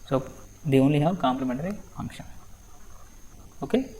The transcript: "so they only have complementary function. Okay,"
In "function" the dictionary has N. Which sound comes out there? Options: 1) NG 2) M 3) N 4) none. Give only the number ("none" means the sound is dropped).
4